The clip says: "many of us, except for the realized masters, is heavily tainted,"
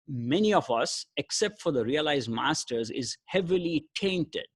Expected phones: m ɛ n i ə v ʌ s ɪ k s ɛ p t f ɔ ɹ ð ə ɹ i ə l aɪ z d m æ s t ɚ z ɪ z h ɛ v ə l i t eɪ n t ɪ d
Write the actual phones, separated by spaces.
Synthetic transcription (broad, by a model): m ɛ n i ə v ʌ s ɪ k s ɛ p t f ɔ ɹ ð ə ɹ i ə l aɪ z d m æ s t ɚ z ɪ z h ɛ v ə l i t eɪ n t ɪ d